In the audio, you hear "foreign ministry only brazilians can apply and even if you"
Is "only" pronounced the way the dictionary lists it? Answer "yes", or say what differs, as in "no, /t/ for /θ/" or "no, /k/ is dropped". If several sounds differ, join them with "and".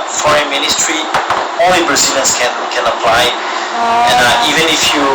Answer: no, /n/ is dropped